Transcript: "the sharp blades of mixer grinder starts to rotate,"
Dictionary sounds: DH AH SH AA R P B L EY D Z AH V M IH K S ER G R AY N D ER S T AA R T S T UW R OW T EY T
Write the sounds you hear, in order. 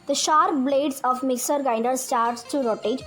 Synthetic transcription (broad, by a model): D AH SH AA R P B L EY D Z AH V M IH K S ER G AY N D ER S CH AA R T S T UW R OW T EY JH